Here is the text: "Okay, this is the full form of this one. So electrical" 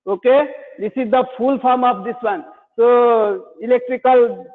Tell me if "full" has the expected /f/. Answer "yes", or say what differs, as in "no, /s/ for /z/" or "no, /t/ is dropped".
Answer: no, /p/ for /f/